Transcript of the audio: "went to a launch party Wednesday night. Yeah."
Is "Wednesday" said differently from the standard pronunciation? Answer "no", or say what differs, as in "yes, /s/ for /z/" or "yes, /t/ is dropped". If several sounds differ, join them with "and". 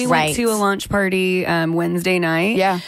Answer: no